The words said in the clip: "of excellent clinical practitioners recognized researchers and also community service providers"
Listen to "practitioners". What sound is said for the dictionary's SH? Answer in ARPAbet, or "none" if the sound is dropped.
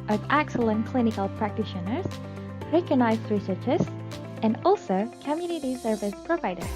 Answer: SH